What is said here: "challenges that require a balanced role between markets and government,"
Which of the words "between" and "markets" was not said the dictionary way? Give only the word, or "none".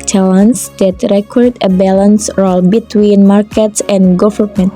none